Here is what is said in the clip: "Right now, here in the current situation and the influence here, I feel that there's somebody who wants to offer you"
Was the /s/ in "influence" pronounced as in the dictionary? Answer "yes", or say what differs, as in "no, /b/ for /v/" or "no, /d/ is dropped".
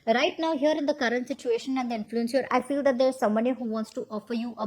yes